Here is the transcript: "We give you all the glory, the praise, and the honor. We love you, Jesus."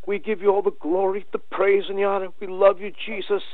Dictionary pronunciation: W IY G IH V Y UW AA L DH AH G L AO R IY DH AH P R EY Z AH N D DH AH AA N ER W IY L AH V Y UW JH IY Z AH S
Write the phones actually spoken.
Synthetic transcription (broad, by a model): W IY G IH V Y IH AA L DH AH G L AO R IY DH AH P R EY Z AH N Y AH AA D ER W IY L AH V Y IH JH IY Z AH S